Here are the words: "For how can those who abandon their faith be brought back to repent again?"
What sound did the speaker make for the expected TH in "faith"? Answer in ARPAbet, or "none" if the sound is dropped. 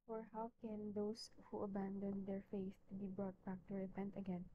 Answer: T